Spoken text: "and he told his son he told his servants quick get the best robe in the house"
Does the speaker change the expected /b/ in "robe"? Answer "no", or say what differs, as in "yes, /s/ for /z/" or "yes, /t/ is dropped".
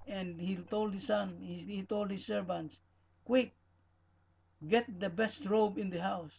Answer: no